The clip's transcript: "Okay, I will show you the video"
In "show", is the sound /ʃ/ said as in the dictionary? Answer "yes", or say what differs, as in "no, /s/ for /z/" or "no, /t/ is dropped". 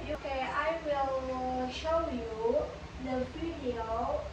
yes